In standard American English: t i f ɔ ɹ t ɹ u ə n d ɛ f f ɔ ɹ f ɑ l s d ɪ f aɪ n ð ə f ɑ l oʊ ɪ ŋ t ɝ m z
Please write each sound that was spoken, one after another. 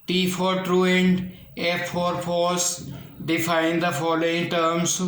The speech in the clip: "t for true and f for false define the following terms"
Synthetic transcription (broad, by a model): t i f ɔ ɹ t ɹ u ə n d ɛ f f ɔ ɹ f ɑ s d ɪ f aɪ n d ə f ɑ l oʊ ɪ ŋ t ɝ m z